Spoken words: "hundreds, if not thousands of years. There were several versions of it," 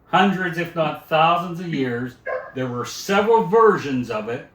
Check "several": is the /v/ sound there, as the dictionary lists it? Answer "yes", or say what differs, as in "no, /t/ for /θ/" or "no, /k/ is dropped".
yes